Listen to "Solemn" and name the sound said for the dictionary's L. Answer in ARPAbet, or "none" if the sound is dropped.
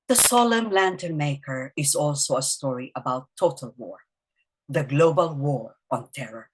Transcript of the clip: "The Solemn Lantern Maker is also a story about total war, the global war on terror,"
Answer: L